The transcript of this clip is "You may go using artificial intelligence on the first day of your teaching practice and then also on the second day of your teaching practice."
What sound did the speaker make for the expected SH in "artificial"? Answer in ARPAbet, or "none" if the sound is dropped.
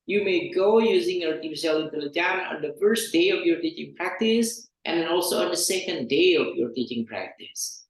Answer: S